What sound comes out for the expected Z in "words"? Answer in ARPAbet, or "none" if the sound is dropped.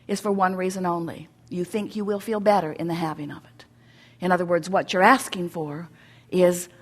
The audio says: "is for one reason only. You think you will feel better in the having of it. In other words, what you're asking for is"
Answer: Z